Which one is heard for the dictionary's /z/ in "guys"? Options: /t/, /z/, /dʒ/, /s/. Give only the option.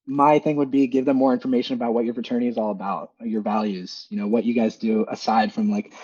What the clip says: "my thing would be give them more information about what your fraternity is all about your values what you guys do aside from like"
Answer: /z/